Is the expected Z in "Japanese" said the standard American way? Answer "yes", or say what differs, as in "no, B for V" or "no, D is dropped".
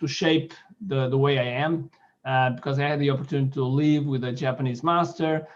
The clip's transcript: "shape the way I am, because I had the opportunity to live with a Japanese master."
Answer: yes